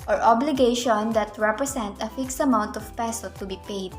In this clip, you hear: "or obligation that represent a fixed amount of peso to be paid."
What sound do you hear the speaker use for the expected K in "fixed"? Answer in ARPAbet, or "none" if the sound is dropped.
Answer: K